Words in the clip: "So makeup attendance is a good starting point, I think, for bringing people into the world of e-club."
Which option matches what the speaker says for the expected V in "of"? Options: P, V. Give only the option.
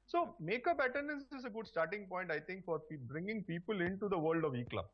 V